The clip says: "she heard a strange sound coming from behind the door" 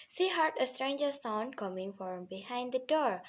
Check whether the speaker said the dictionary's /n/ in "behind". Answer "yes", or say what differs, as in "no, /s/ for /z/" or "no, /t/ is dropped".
yes